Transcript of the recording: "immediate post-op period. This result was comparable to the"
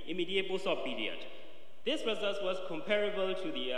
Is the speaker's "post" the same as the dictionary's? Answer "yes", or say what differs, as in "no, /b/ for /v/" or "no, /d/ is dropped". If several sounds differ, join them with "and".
no, /b/ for /p/